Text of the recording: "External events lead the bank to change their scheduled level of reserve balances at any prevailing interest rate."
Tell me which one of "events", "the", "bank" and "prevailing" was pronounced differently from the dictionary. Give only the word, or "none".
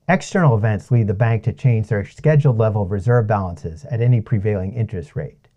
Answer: none